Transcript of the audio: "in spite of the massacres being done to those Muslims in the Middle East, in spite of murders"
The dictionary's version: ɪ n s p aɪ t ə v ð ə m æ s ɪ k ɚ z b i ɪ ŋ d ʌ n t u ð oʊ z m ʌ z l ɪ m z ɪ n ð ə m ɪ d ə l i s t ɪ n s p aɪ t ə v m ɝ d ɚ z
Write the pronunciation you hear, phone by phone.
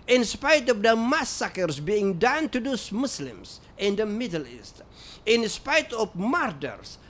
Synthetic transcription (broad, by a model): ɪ n s p aɪ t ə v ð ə m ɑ s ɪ k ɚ s b i ɪ ŋ d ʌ n t u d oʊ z m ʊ s l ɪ m s ɪ n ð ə m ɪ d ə l i s t ɪ n s p aɪ t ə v m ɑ d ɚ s